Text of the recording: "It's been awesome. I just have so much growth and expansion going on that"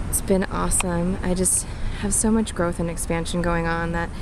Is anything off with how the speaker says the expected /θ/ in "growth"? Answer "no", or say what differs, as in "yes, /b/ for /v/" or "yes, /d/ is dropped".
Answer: no